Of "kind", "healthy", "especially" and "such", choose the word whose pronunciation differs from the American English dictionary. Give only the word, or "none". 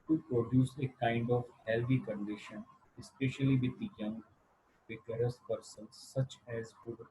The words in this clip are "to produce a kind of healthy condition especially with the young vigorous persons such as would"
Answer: healthy